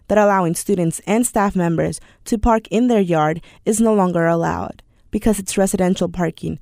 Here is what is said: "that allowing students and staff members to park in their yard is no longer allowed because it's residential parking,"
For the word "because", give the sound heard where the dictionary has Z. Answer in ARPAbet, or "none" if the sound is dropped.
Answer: Z